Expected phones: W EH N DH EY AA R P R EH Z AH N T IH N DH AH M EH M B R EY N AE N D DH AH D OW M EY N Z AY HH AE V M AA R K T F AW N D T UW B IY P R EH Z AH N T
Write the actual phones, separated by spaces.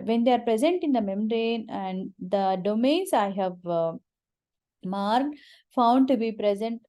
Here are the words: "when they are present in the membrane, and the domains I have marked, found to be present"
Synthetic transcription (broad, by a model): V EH N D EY AA R P R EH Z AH N T IH N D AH M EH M R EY N AE N D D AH D OW M EY N S AY HH AE V M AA R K F AW N D T UW B IY P R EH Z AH N T